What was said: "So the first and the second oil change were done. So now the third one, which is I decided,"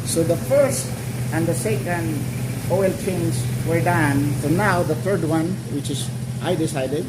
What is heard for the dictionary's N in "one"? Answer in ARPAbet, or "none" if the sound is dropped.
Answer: N